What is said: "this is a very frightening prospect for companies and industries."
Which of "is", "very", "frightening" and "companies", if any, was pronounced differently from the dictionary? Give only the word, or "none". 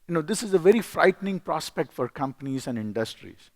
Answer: none